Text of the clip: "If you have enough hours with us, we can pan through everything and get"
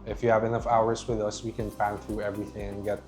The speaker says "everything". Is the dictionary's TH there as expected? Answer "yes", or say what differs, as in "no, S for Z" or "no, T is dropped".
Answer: yes